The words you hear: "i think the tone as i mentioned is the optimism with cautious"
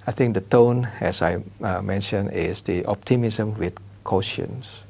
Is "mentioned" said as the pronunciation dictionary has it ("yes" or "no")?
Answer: no